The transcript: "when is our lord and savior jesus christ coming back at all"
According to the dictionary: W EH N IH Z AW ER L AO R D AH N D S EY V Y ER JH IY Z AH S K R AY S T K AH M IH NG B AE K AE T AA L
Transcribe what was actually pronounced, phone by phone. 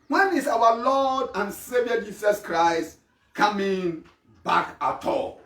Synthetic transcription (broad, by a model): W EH N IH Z AW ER L AO D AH N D S EY V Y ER JH IY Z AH S K R AY S T K AH M IH NG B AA K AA T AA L